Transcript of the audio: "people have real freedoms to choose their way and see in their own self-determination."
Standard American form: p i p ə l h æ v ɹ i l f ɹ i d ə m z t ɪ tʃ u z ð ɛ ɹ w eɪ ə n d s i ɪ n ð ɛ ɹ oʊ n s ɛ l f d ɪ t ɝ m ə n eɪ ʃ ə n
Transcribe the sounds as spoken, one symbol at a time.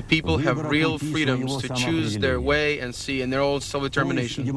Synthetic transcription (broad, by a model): p i p l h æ v ɹ i l f ɹ i d ə m z t ɪ tʃ u z ð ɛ ɹ w eɪ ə n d s i ɪ n ð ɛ ɹ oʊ l s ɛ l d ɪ t ɝ m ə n eɪ ʃ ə n